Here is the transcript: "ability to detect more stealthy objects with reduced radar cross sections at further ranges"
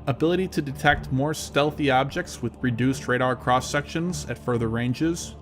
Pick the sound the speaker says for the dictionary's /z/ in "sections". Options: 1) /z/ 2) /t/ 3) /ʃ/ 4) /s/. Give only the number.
1